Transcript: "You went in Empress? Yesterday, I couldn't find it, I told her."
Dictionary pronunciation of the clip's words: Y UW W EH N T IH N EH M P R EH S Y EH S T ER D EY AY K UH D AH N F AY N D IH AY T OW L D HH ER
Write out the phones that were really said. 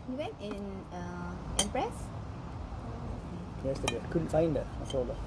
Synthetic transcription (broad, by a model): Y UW W EH N T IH N EH M P R EH S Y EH S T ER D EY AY K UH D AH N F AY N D IH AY S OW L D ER